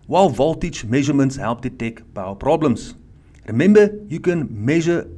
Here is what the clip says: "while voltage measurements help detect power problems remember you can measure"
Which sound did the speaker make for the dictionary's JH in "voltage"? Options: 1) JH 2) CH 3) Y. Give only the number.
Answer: 2